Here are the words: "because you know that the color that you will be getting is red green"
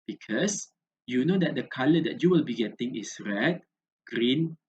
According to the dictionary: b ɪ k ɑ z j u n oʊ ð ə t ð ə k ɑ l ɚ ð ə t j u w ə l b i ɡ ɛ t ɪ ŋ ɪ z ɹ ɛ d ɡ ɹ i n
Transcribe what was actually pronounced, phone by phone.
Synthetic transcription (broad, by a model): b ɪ k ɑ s j u n oʊ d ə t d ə k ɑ l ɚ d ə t j u w ə l b i ɡ ɛ t ɪ ŋ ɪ s ɹ ɛ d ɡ ɹ i n